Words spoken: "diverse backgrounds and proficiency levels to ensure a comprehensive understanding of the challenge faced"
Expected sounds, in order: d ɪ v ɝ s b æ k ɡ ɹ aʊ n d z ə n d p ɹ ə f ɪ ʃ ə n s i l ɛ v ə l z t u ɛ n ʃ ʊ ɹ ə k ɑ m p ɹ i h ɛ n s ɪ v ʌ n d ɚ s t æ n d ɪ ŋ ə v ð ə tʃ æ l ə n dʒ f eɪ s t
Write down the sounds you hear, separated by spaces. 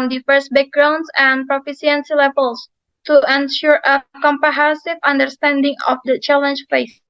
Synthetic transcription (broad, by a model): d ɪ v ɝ s b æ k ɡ ɹ aʊ n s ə n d p ɹ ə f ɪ s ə n s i l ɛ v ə l s t u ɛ n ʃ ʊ ɹ ə k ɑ m p i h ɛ s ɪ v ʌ n d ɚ s t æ n d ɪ ŋ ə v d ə tʃ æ l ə n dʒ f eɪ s